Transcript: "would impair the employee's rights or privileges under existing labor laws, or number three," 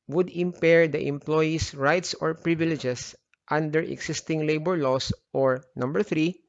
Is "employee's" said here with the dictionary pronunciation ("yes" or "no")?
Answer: no